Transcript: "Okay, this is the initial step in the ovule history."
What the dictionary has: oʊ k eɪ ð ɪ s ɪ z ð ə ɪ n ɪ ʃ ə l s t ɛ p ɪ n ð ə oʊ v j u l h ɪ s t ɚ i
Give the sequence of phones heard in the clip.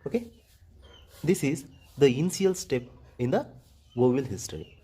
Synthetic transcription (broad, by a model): oʊ k eɪ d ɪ s ɪ z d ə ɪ n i ə l s t ɛ p ɪ n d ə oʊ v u l h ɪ s t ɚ i